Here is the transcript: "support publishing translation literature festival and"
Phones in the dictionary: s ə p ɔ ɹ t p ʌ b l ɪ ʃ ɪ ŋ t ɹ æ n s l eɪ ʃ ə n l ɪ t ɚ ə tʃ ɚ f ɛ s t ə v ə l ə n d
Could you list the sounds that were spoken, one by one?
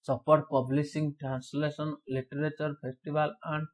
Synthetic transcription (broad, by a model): s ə p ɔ ɹ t p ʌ b l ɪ s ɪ ŋ t ɹ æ n s l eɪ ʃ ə n l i t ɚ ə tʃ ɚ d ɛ s t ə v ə l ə n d